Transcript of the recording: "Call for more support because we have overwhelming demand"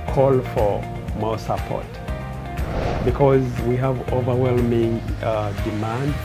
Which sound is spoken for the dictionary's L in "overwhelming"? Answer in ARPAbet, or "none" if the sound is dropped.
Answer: L